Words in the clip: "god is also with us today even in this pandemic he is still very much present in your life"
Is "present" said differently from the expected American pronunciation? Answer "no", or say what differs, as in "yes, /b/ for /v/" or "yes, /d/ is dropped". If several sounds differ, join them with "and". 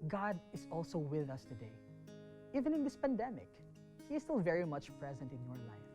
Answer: no